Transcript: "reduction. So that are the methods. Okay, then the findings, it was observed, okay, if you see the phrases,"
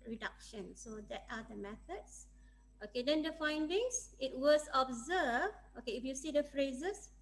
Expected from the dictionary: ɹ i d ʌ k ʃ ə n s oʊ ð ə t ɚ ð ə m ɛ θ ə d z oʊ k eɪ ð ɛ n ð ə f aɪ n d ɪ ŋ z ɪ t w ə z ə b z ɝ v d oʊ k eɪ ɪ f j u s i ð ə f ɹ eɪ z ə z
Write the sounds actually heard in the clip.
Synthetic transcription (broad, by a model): ɹ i d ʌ k ʃ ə n s oʊ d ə t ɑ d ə m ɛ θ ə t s oʊ k eɪ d ɛ n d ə f aɪ n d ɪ ŋ s ɪ t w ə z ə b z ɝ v oʊ k eɪ ɪ f j u s i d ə f ɹ eɪ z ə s